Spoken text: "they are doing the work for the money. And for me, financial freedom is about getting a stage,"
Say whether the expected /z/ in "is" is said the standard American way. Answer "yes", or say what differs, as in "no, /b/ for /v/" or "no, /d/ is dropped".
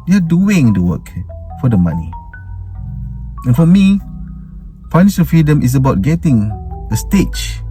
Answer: no, /s/ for /z/